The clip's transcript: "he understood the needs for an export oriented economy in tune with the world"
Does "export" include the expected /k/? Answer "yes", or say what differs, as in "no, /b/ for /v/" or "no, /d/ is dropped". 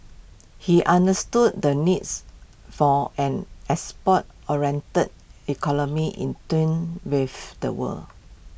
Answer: no, /k/ is dropped